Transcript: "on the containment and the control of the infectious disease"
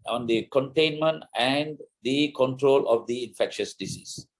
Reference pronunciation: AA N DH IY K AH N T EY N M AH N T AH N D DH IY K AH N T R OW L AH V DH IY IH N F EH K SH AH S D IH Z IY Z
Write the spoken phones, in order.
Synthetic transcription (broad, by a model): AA N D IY K AH N T EY N M AH N T AH N D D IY K AH N T R OW L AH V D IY IH N F EH K SH AH S D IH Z IY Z